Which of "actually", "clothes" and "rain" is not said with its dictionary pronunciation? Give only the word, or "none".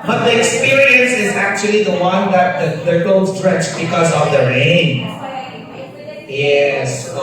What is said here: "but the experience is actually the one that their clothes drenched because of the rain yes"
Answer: clothes